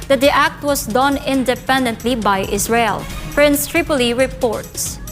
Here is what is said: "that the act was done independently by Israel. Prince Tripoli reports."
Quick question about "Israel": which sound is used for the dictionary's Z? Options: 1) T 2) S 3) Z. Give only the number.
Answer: 2